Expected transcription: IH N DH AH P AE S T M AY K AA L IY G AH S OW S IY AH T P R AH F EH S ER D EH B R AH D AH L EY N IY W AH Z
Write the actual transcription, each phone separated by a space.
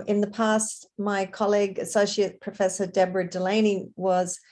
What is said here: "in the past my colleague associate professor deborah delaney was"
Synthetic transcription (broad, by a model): IH N DH AH P AE S T M AY K AA L IY G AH S OW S IY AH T P R AH F EH S ER D EH B R AH D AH L EY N IY W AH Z